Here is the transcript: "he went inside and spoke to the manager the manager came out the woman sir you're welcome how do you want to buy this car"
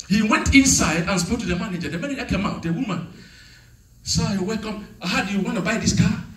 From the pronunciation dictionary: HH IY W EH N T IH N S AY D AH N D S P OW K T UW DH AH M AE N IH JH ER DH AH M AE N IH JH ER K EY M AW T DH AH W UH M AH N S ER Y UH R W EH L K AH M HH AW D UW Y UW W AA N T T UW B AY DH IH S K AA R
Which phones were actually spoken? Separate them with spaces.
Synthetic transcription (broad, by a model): HH IY W EH N T IH N S AY D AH N S P OW K T UW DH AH M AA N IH JH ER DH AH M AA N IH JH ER K EY M AW T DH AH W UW M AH N S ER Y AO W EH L K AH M HH AW D UW Y UW W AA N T T UW B AY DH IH S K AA